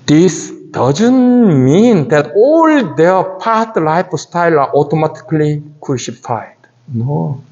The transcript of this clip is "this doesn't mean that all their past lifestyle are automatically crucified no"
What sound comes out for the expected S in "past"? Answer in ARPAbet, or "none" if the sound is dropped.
none